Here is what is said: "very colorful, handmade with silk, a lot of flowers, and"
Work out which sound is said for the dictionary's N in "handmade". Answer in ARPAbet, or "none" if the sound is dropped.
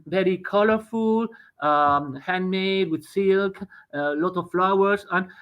N